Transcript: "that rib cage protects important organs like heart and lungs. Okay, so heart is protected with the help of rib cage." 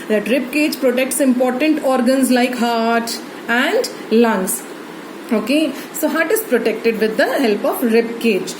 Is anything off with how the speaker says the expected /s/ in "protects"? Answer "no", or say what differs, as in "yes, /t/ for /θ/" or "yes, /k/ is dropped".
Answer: no